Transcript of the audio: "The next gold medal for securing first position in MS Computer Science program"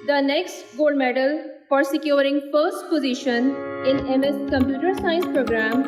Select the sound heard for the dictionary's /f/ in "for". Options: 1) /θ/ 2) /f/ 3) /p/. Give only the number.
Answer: 3